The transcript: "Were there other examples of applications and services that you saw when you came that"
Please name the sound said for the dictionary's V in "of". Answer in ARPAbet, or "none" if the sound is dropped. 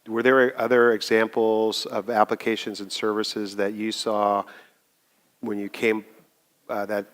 V